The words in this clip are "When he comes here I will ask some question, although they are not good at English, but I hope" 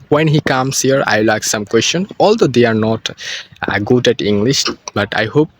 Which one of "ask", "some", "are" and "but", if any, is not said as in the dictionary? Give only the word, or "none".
ask